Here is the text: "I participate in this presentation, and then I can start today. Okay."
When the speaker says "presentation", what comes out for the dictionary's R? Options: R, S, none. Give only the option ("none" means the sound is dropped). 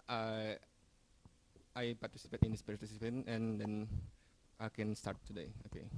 none